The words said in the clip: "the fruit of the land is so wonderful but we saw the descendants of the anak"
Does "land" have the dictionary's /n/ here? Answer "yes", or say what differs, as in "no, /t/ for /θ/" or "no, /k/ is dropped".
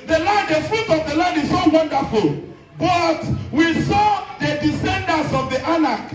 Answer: no, /n/ is dropped